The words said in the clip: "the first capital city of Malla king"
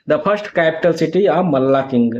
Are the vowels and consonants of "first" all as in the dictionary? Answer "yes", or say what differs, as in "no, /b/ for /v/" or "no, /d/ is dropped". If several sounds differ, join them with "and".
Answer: no, /p/ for /f/